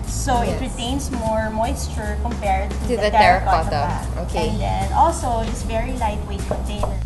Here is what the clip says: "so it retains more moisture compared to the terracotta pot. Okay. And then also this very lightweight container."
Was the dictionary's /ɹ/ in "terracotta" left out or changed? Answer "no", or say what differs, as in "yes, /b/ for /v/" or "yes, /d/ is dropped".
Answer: yes, /ɹ/ is dropped